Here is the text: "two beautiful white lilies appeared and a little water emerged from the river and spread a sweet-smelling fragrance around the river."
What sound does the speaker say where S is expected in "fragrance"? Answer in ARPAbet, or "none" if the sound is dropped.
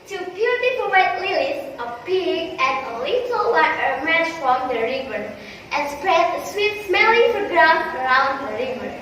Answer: none